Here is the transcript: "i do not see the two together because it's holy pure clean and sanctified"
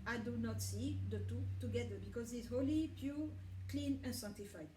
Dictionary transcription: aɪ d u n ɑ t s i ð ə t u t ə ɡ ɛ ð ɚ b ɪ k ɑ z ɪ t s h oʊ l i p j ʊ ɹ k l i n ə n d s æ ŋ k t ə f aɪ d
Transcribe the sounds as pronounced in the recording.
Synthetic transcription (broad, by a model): aɪ d u n ɑ t s i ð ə t u t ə ɡ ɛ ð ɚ b ɪ k ɑ z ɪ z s h oʊ l i p j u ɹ k l i n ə n s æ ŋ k t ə f aɪ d